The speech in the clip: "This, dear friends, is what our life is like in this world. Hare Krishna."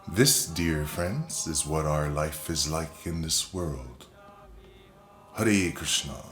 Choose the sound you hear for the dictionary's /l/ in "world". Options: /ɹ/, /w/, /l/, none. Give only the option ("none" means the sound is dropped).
/l/